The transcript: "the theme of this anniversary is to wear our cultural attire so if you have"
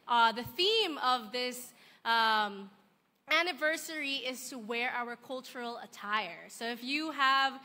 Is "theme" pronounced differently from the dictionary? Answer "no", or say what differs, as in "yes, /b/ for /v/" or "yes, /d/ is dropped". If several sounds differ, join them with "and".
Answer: no